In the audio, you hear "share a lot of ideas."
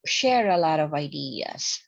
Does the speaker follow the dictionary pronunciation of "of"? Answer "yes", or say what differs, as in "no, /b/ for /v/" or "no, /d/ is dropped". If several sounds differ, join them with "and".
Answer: yes